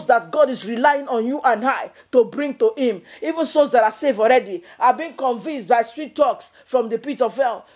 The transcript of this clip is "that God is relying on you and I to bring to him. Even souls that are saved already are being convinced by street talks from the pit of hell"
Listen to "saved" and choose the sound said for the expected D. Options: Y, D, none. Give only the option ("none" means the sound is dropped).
none